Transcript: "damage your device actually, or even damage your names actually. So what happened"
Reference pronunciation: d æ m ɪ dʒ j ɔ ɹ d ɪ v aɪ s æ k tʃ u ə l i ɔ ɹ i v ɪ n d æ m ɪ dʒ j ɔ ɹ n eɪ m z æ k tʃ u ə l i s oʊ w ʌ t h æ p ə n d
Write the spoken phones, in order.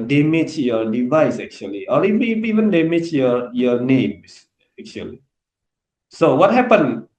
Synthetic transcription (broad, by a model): d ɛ m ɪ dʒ j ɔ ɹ d ɪ v aɪ s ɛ k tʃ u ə l i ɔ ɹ i v ɪ n d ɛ m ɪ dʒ j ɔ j n eɪ m s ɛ k tʃ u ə l i s oʊ w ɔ t h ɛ p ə n